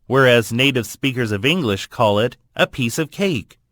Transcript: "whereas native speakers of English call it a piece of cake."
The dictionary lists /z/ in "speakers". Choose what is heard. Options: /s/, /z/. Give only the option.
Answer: /z/